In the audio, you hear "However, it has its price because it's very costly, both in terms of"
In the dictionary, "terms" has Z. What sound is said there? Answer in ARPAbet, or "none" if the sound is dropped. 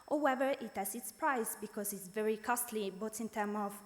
none